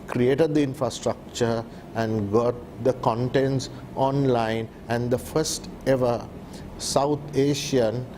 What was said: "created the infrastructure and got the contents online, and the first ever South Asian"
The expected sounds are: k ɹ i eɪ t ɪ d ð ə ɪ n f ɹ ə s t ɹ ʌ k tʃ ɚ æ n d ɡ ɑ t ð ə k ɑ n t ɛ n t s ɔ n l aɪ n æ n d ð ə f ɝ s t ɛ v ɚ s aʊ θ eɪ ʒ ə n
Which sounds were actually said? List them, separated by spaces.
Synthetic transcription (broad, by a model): k ɹ i eɪ t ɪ d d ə ɪ n f ɹ ə s t ɹ ʌ k tʃ ɚ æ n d ɡ ɑ t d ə k ɑ n t ɛ n t s ɔ n l aɪ n æ n d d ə f ɝ s t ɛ v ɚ s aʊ t eɪ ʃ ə n